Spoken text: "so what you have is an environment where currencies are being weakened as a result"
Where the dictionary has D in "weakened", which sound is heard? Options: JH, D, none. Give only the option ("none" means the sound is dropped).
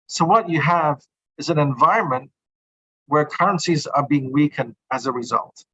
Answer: D